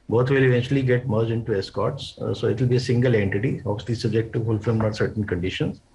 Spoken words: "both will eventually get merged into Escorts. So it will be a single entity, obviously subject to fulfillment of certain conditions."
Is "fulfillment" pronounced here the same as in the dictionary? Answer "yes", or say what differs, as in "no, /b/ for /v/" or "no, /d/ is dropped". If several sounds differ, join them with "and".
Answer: no, /n/ is dropped